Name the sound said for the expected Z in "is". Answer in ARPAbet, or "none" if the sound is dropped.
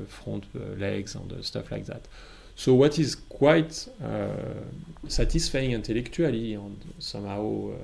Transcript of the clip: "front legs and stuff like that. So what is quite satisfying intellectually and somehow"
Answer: Z